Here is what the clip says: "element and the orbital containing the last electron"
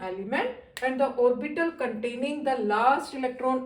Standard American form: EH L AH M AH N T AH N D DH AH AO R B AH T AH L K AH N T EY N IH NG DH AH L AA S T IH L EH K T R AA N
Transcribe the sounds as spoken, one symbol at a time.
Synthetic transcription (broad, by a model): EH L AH M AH N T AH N D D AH AO R B AH T AH L K AH N T EY N IH NG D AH L AA S T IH L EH K T R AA N